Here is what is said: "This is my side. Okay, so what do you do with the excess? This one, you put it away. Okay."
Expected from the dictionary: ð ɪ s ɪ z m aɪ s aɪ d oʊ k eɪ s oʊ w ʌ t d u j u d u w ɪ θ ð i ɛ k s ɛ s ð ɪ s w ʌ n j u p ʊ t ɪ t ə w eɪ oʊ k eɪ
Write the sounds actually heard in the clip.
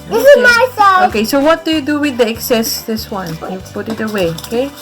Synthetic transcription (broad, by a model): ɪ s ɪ m aɪ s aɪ oʊ k eɪ s oʊ w ʌ t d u j u d u w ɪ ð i ɛ k s ɛ s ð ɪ s w ʌ n j u p ʊ t ɪ t ə w eɪ oʊ k eɪ